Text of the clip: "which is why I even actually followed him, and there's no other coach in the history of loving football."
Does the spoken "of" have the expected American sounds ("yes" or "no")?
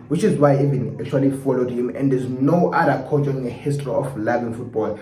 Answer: no